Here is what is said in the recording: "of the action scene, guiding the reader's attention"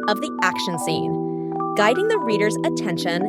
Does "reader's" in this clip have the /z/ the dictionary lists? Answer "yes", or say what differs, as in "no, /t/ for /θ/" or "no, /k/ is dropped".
yes